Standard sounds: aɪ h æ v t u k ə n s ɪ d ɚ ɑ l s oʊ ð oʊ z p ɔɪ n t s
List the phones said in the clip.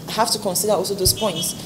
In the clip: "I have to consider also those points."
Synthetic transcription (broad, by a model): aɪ h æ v t u k ə n s ɪ d ɚ ɑ l s oʊ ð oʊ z p ɔɪ n t s